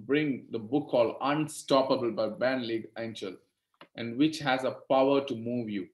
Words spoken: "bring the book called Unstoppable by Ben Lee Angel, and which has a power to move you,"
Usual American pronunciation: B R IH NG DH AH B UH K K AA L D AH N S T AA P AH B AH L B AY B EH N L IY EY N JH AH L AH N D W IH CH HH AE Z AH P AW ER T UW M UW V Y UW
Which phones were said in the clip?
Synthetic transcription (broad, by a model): B R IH NG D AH B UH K K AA L AH N S T AA P AH B AH L B AY B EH N L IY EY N CH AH L AH N D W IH CH HH AE Z AH P AW ER T UW M UW V Y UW